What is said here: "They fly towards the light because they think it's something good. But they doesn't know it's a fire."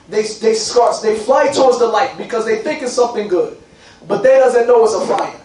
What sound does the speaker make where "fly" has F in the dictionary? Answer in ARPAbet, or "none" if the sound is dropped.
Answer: F